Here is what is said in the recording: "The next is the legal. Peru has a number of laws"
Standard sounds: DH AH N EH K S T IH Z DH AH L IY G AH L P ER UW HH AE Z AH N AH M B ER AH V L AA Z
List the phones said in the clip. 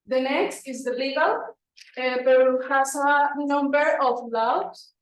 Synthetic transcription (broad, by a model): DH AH N EH K S T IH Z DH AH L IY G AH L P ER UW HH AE S AH N AH M B ER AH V L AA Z